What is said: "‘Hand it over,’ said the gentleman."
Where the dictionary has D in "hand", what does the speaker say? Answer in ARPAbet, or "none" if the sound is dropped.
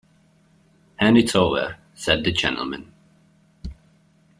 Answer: none